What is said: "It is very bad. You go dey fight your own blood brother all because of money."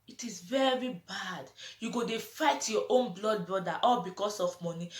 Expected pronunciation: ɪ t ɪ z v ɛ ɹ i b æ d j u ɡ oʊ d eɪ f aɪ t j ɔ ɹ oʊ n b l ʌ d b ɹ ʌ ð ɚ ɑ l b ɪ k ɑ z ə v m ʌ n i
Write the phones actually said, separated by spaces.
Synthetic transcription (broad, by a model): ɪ t ɪ z v ɛ ɹ i b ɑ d j u ɡ oʊ d eɪ f aɪ t j ɔ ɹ oʊ n b l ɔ d b ɹ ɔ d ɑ ɑ l b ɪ k ɑ s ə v m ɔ n i